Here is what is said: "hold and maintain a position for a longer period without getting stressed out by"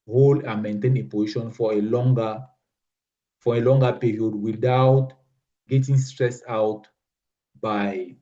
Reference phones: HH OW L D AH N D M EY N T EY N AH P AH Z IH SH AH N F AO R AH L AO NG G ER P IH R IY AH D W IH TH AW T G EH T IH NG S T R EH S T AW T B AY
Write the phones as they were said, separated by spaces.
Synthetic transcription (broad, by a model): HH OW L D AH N M EY N T EY N AH P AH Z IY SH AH N F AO L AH L AO NG G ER P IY R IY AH D W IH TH AW T G EH T IH NG S T R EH S AW T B AY